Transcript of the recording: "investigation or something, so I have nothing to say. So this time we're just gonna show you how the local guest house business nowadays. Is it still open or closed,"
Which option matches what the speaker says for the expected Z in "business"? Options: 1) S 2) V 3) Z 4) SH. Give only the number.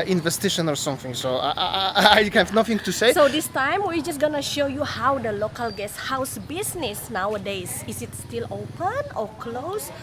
1